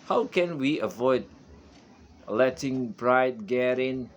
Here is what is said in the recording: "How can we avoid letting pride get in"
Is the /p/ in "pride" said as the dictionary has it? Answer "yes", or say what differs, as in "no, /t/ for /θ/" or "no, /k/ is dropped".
no, /b/ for /p/